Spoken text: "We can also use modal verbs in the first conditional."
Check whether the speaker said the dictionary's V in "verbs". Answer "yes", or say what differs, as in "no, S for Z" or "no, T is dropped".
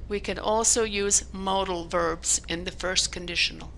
yes